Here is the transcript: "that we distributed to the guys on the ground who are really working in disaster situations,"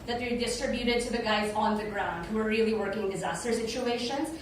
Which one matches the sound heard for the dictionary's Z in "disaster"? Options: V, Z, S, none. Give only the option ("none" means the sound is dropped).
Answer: Z